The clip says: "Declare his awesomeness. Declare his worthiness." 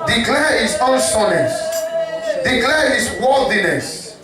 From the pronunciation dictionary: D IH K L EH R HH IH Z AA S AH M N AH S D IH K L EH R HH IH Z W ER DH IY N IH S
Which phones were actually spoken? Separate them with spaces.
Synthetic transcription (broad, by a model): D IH K L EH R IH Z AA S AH N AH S D IH K L EH R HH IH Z W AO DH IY N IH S